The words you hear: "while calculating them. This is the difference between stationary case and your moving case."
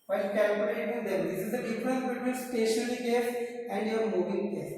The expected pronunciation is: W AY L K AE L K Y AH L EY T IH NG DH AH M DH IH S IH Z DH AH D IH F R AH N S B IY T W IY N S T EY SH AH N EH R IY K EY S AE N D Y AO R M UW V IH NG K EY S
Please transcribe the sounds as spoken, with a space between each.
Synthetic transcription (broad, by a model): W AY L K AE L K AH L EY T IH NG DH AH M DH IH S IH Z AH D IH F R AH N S B IY T W IY N S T EY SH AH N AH L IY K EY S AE N D Y AO R M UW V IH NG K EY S